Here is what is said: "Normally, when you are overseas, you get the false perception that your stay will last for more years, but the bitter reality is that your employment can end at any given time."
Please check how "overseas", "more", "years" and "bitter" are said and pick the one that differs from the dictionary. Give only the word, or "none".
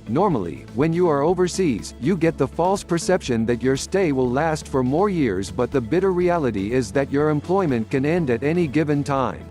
none